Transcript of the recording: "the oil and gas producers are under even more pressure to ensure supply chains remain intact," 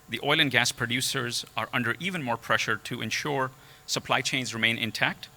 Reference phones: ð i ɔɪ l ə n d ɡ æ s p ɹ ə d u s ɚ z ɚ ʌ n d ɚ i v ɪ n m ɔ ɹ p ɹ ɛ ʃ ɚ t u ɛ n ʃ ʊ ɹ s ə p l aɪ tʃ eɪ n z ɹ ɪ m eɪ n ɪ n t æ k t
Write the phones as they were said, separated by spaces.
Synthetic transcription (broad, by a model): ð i ɔɪ l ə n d ɡ æ s p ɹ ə d u s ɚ z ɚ ʌ n d ɚ i v ɪ n m ɔ ɹ p ɹ ɛ ʃ ɚ t u ɛ n ʃ ʊ ɹ s ə p l aɪ tʃ eɪ n z ɹ ɪ m eɪ n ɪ n t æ k t